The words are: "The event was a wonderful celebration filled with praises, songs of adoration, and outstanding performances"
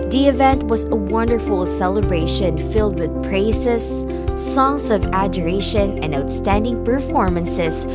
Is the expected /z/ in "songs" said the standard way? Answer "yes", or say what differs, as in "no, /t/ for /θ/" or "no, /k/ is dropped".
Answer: no, /s/ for /z/